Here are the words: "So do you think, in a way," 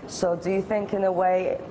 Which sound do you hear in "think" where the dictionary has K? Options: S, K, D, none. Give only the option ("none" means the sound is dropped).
K